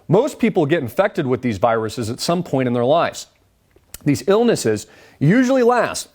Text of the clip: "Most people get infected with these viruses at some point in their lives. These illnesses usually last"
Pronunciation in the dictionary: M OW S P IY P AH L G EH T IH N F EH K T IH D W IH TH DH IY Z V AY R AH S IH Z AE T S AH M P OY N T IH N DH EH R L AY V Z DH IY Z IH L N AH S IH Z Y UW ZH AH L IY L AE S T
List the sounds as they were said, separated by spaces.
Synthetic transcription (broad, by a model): M OW S P IY P L G EH T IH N F EH K T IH D W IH DH IY Z V AY R AH S IH Z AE T S AH M P OY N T IH N DH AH R L AY V Z DH IY Z IH L N AH S IH Z Y UW ZH L IY L AE S T